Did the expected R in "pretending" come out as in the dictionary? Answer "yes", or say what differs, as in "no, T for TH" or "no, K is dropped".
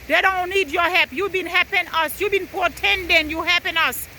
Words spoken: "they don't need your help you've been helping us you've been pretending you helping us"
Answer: no, R is dropped